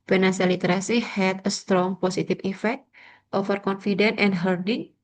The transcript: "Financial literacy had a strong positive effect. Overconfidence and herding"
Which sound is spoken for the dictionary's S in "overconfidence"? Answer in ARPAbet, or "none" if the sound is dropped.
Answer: none